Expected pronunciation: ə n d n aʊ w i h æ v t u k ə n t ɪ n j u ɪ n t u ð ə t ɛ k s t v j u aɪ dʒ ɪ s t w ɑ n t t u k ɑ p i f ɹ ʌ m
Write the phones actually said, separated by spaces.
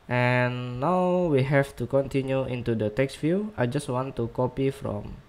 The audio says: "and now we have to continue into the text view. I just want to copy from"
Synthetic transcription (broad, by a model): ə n n aʊ w i h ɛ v t u k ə n t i n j u ɪ n t u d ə t ɛ k s t f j u aɪ dʒ ɪ s t w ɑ n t t u k ɑ p i f ɹ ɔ m